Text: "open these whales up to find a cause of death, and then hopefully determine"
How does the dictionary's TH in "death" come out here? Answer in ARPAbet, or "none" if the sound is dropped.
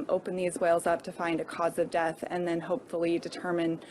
TH